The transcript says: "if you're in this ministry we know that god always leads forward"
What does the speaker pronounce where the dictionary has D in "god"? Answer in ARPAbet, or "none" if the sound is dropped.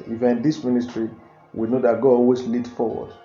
none